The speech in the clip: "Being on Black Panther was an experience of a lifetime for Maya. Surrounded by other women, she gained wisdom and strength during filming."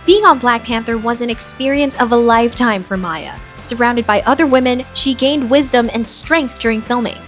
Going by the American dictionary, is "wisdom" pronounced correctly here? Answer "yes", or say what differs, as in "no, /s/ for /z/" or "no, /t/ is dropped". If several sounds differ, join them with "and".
yes